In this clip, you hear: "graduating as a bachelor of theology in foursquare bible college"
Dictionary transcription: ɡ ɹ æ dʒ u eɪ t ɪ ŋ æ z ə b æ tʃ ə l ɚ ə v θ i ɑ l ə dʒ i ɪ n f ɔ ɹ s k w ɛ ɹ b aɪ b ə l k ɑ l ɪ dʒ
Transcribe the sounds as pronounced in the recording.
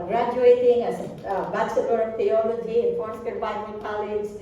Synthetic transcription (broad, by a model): ɡ ɹ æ dʒ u eɪ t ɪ ŋ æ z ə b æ s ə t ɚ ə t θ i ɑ l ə dʒ i ɪ n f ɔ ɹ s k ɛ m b aɪ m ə n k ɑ l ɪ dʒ